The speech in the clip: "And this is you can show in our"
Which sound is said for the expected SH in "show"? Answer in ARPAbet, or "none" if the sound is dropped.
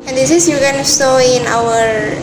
S